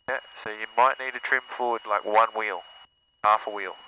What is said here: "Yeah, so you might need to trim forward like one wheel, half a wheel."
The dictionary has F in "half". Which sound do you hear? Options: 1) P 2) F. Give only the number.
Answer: 2